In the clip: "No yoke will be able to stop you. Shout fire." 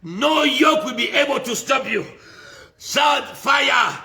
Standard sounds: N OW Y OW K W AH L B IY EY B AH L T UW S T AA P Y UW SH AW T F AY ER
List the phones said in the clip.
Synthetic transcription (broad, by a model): N OW Y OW K W AH L B IY EY B AH L T UW S T AA P Y UW S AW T F AY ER